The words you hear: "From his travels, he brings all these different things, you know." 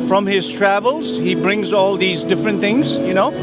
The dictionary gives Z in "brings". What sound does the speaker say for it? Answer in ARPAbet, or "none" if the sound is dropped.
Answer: Z